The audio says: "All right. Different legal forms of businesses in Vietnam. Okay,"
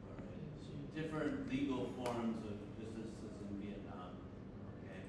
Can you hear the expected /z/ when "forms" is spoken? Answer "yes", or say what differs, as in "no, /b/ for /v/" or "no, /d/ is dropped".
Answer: yes